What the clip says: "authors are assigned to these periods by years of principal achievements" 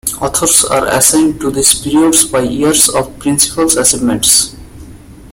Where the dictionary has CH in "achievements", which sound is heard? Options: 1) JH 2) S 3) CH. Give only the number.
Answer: 2